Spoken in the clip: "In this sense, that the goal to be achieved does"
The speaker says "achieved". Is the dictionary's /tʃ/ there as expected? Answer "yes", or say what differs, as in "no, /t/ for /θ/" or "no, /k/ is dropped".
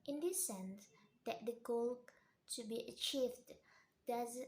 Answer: yes